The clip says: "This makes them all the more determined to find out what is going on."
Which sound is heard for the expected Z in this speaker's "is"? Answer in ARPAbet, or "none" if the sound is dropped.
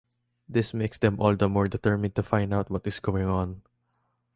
S